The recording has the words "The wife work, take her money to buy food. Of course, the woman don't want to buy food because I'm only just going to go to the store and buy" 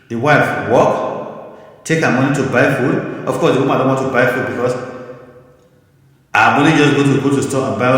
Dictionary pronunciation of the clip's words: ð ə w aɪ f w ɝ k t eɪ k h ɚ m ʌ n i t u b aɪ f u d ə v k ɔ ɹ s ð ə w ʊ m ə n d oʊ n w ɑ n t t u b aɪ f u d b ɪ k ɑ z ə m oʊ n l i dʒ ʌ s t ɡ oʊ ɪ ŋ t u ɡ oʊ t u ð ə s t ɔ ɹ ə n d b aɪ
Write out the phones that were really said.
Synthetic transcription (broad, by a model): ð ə w aɪ f w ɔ k t eɪ k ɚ m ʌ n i t u b aɪ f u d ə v k ɔ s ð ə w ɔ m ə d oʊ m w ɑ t t u b aɪ f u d b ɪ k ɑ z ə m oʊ l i dʒ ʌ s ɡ oʊ t u ɡ oʊ t u s t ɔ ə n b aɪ